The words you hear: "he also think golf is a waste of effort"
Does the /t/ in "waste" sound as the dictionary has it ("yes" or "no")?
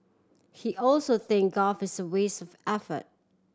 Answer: no